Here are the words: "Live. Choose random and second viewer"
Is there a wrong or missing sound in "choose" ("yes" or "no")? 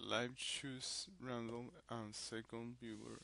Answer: yes